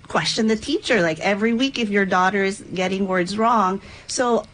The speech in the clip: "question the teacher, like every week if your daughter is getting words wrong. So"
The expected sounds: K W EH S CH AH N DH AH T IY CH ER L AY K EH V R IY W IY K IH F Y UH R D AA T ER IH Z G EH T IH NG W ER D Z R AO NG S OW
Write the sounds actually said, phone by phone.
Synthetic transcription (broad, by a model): K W EH S CH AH N DH AH T IY CH ER L AY K EH V R IY W IY K IH F Y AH R D AA T ER IH Z G EH T IH NG W ER D Z R AO NG S OW